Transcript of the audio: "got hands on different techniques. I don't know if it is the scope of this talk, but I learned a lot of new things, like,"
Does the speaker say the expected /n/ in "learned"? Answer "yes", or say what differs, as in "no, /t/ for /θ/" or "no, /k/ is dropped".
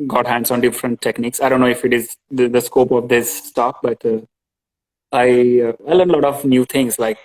no, /n/ is dropped